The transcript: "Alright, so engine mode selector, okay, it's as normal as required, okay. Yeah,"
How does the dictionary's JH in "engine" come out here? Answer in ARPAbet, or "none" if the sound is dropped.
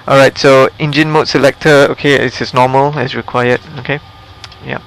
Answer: JH